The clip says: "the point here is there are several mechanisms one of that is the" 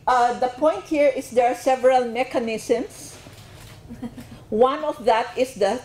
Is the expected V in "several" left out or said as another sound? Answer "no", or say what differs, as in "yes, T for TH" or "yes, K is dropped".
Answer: no